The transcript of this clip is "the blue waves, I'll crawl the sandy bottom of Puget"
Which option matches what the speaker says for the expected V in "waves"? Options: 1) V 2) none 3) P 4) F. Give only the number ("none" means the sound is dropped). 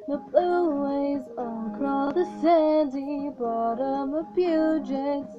2